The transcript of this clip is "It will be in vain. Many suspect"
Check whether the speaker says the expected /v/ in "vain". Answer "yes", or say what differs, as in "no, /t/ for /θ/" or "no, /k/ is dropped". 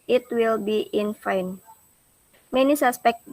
no, /f/ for /v/